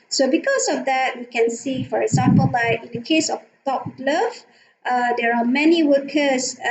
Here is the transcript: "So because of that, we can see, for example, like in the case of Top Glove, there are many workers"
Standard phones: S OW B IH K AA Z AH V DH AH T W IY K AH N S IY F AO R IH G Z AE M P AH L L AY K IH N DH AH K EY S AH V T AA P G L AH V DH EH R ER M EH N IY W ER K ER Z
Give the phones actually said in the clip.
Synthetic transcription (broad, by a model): S OW B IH K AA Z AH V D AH T W IY K AH N S IY F AO R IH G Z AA M P AH L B AY IH N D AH K EY S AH F T AA P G L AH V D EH R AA M EH N IY W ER K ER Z